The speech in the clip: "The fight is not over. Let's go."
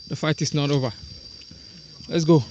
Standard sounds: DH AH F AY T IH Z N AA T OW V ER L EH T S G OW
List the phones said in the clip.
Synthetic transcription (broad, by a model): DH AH F AY T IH S N AA T OW V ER L EH T S G OW